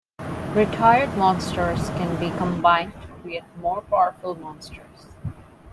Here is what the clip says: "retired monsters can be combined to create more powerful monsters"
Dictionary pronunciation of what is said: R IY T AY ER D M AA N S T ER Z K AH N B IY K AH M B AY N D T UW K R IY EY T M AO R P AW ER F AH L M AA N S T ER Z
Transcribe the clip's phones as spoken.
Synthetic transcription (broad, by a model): R IY T AY ER D M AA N S T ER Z K AH N B IY K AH M B AY N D T UW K W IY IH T M AO R P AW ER F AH L M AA N S T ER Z